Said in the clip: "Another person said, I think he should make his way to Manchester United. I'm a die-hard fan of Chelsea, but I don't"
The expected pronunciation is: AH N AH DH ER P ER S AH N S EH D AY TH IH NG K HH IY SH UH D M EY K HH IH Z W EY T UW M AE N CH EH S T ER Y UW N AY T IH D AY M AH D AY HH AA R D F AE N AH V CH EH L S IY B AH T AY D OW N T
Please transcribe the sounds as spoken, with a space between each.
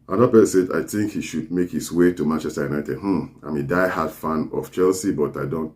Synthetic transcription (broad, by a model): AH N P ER S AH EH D AY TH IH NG K HH IY SH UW D M EY K HH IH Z W EY T UW M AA N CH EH S T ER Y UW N AY T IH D AY M AH D AY HH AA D F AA N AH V CH EH L S IY B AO T AY D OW N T